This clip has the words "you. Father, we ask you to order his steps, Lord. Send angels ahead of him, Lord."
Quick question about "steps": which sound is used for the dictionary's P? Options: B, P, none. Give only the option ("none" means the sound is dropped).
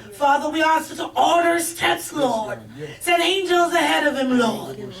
none